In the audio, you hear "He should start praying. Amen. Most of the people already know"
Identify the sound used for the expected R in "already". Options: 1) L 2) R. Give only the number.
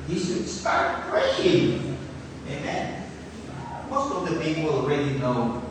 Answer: 2